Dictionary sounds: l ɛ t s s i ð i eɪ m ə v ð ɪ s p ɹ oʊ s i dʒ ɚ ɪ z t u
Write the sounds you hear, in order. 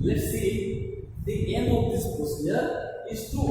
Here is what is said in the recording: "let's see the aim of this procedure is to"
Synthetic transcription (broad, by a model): l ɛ t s s i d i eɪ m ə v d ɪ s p oʊ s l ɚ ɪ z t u